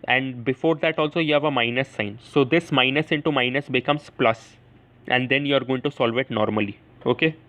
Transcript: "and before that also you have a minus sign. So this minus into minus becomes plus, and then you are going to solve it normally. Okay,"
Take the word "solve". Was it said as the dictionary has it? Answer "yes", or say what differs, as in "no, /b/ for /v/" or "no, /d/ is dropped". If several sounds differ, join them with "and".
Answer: yes